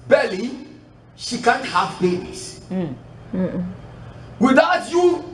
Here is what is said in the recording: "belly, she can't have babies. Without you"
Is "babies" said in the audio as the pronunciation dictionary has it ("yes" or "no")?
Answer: no